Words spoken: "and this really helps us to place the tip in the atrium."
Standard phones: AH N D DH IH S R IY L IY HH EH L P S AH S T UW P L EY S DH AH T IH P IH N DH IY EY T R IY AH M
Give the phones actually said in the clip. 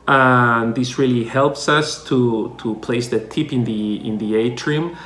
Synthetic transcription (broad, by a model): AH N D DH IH S R IY L IY HH EH L P S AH S T UW P L EY S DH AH T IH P IH N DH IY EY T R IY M